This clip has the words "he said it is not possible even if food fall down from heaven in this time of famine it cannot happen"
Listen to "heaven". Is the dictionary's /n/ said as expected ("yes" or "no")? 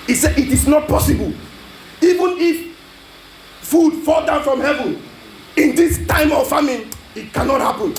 yes